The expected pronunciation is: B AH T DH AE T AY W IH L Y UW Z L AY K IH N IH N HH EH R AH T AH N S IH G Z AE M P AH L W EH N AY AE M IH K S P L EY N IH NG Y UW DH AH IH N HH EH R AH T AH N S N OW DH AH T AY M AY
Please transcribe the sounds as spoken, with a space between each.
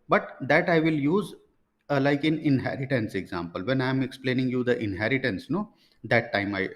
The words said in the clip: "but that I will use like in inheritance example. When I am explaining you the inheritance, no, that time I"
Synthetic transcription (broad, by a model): B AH T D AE T AY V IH L Y UW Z L AY K IH N IH N HH EH R AH T AH N S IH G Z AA M P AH L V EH N AY M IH K S P L EY N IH NG Y UW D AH IH N HH EH R AH T AH N S N OW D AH T AY M AY